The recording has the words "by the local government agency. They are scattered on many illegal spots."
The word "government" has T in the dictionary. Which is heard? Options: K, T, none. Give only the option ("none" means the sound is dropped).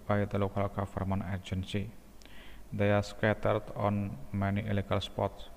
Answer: none